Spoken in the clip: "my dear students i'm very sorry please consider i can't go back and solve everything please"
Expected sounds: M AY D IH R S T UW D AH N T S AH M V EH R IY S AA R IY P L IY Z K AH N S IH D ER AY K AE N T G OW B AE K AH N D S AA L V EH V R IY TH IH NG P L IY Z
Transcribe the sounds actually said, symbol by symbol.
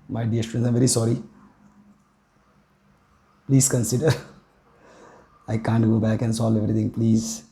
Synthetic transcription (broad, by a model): M AY D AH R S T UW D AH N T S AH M V EH R IY S AA R IY P L IY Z K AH N S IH D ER AY K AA N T G OW B AE K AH N S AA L EH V R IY T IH NG P L IY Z